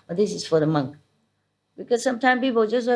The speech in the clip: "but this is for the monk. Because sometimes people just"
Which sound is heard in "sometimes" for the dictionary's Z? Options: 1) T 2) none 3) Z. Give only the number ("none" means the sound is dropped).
2